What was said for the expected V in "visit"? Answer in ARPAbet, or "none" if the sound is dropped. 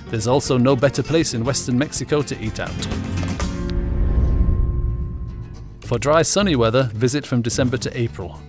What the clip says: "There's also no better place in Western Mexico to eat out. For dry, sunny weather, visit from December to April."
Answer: V